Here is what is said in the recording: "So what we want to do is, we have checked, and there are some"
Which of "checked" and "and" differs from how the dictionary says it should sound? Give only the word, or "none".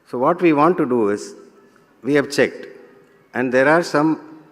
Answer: none